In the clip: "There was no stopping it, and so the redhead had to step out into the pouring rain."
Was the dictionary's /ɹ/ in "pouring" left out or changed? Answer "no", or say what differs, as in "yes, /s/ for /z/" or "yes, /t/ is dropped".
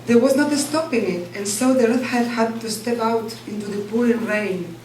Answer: yes, /l/ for /ɹ/